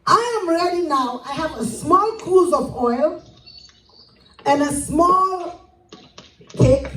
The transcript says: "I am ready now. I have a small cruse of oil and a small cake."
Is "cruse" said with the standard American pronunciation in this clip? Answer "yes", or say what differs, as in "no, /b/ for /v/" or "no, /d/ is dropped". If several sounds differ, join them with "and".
no, /ɹ/ is dropped